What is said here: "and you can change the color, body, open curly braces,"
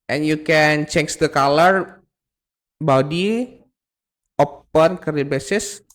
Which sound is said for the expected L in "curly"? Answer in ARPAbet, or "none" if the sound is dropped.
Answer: none